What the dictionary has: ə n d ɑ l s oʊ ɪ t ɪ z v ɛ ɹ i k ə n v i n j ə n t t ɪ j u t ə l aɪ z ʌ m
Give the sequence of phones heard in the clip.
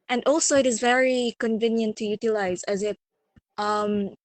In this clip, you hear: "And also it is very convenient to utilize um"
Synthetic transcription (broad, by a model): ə n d ɑ l s oʊ ɪ t ɪ z v ɛ ɹ i k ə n v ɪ n j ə n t t ɪ j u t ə l aɪ z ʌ m